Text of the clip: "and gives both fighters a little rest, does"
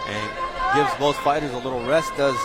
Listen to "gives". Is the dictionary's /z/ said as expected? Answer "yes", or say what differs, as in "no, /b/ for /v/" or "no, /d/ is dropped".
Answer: yes